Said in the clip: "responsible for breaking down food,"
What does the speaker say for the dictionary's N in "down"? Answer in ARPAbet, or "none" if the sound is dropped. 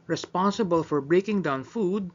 N